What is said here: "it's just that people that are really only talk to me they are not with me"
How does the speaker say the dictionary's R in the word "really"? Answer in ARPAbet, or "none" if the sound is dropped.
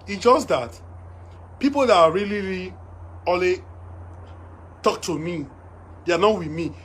L